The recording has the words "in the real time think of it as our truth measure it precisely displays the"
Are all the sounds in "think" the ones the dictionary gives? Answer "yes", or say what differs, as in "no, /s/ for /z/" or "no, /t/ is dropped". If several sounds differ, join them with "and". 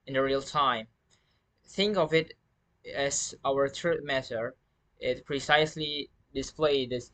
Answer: yes